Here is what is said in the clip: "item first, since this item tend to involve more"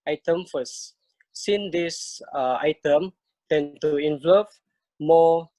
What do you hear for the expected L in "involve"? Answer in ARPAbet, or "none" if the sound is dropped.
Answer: none